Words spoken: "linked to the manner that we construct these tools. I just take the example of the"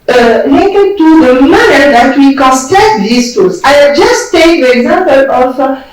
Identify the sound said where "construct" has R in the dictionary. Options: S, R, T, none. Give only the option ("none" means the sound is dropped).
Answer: none